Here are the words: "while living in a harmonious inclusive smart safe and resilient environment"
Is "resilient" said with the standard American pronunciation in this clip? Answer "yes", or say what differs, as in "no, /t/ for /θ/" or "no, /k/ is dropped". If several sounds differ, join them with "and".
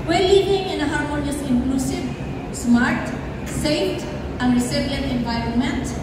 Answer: no, /s/ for /z/